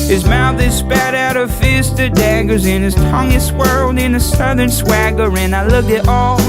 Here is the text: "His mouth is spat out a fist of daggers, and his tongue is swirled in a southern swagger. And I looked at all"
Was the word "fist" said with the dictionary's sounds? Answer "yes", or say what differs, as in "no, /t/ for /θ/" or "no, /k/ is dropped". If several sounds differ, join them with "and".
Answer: yes